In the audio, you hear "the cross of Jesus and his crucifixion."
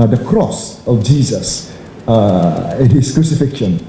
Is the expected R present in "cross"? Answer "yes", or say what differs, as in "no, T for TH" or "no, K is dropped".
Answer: yes